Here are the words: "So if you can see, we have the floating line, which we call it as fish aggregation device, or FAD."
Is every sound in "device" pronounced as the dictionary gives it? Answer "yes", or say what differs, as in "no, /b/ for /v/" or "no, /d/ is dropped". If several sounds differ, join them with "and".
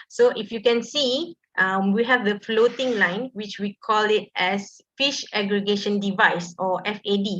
yes